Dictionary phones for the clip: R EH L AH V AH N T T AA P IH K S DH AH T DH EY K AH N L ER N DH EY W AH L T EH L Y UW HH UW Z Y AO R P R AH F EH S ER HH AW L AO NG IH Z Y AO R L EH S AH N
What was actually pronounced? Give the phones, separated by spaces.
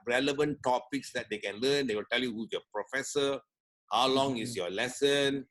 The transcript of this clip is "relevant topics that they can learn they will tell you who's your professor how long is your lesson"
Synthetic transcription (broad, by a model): R EH L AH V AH N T T AA P IH K S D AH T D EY K AH N L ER N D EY W AH L T EH L Y UW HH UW Y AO P R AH F EH S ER HH AW L AO NG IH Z Y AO L EH S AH N